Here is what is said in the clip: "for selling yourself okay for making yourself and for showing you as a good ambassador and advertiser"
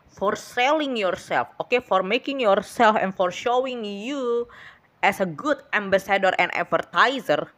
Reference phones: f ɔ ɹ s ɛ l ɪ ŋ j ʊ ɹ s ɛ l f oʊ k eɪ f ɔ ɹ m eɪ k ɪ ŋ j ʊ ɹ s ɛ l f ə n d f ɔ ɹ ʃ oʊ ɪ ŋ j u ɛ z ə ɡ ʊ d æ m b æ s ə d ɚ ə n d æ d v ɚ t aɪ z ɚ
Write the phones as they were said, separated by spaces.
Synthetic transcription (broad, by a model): f ɔ ɹ s ɛ l ɪ ŋ j ʊ ɹ s ɛ l f oʊ k eɪ f ɔ ɹ m eɪ k ɪ ŋ j ʊ ɹ s ɛ l f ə n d f ɔ ɹ ʃ oʊ ɪ ŋ j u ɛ s ə ɡ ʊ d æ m b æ s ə d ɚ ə n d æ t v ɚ t aɪ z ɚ